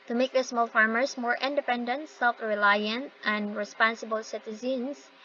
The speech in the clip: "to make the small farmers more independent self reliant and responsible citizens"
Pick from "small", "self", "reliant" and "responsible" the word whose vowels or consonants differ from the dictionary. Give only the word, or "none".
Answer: none